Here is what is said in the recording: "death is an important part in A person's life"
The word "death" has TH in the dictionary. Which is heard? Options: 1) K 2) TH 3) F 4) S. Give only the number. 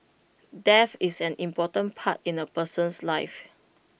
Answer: 3